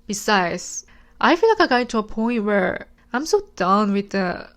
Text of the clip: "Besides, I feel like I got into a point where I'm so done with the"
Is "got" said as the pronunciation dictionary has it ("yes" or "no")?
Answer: no